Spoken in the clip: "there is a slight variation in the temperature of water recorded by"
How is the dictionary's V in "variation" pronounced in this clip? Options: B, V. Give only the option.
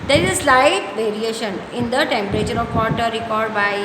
V